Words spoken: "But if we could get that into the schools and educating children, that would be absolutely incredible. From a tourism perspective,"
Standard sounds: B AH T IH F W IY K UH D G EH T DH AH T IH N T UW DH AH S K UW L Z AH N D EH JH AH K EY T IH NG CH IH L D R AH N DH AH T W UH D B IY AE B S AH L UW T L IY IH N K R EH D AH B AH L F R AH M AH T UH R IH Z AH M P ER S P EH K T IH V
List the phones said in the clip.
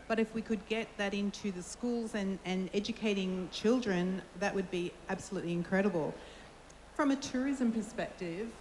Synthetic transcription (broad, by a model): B AH T IH F W IY K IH D G EH T DH AH T IH N T UW DH AH S K UW L Z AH N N EH JH AH K EY T IH NG CH IH L D R AH N DH AH T W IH D B IY AE B S AH L UW T L IY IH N K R EH D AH B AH L F R AH M AH T UH R IH Z AH M P ER S P EH K T IH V